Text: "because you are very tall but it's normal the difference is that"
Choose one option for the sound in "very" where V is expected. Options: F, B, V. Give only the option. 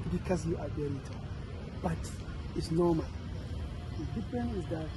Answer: B